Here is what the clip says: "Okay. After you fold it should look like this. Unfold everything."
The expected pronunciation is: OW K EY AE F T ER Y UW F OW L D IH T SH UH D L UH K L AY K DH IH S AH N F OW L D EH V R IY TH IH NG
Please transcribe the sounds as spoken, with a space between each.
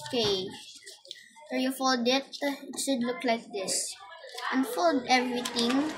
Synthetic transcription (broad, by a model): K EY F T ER Y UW F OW L D IH T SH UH D L UH K L AY K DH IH S AH N F OW L D EH V R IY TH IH NG